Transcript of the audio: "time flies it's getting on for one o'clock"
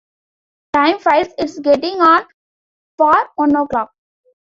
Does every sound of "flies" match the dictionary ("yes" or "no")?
no